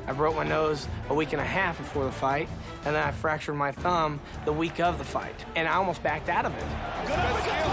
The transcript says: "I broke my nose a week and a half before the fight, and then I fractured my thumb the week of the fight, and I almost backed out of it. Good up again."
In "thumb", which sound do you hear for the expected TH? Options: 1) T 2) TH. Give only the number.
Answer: 2